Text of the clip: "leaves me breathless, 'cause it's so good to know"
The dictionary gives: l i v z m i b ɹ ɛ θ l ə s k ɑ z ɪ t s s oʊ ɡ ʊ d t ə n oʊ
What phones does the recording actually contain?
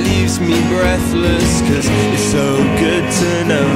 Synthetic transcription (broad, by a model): l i v z m i b ɹ ɛ θ l ə s k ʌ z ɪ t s s oʊ ɡ ʊ d t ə n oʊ